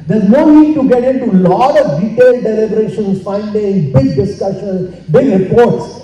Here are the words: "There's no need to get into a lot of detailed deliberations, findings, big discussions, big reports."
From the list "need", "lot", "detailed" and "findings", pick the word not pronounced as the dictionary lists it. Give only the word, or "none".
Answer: findings